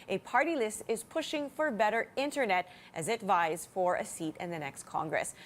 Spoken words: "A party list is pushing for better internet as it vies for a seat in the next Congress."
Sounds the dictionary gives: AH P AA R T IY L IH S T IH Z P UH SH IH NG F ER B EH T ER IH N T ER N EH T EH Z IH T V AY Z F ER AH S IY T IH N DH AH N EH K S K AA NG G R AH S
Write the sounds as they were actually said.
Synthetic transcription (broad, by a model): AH P AA R T IY L IH S T IH Z P UH SH IH NG F ER B EH T ER IH N T ER N EH T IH Z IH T V AY Z F ER AH S IY T IH N DH AH N EH K S K AA NG G R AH S